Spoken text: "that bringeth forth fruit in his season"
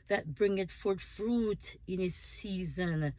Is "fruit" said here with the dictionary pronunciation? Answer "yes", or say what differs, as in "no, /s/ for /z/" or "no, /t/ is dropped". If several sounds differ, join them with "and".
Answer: yes